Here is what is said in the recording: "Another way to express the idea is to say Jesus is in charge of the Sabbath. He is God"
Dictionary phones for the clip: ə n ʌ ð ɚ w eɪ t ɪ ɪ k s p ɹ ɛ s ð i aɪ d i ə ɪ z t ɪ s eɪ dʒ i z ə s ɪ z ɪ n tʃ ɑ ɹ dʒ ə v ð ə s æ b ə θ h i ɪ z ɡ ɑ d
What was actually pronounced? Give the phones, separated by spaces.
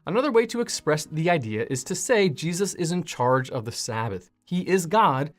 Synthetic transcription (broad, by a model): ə n ʌ ð ɚ w eɪ t ɪ ɪ k s p ɹ ɛ s ð i aɪ d i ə ɪ z t ɪ s eɪ dʒ i z ə s ɪ z ɪ n tʃ ɑ ɹ dʒ ə v ð ə s æ b ə θ h i ɪ z ɡ ɑ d